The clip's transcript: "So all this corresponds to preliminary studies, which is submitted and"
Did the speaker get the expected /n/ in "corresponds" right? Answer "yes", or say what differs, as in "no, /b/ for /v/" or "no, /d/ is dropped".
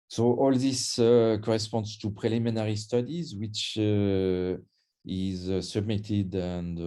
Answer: yes